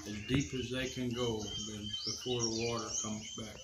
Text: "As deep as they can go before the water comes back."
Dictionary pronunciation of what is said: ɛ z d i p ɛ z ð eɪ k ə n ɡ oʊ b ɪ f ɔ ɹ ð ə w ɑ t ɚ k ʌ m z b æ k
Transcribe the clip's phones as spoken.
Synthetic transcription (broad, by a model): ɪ z d i p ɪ z ð eɪ k ə n ɡ oʊ b ɪ f ɔ ɹ ð ə w ɑ t ɚ k ʌ m z b æ k